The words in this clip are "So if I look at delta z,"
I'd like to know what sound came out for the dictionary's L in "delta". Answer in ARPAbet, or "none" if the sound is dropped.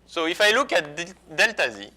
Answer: L